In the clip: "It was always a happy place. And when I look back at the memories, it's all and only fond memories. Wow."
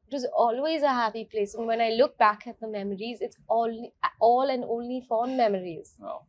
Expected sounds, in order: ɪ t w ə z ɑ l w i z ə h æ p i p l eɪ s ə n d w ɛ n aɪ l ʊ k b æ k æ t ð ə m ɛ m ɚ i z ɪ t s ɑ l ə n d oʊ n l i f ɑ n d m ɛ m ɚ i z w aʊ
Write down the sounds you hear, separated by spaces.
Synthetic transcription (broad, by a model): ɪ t w ə z ɑ l w i z ə h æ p i p l eɪ s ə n w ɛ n aɪ l ʊ k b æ k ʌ t ð ə m ɛ m ɚ i z ɪ t s ɑ l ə n oʊ n l i f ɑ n m ɛ m ɚ i z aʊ